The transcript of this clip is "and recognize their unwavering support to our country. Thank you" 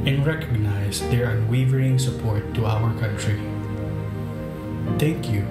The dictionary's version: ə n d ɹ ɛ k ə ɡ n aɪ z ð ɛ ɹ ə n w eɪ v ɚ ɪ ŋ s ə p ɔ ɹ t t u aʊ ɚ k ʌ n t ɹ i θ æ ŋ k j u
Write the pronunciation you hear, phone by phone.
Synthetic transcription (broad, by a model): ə n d ɹ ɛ k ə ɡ n aɪ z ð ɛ ɹ ə n w eɪ v ɚ ɪ ŋ s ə p ɔ ɹ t t u aʊ ɚ k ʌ n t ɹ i t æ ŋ k j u